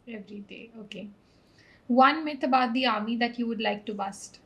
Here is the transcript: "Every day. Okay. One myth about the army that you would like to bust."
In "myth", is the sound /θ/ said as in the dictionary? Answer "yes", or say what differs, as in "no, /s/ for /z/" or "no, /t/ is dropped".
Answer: no, /t/ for /θ/